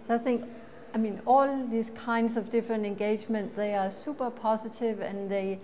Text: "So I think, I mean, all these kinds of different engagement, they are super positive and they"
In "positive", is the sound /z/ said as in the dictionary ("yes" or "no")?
no